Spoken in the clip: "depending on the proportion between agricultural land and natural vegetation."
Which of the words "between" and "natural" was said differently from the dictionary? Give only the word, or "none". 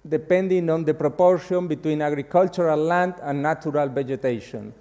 natural